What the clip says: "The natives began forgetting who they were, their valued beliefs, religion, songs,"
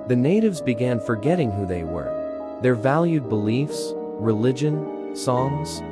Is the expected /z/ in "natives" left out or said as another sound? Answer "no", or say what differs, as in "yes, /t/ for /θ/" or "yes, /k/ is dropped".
no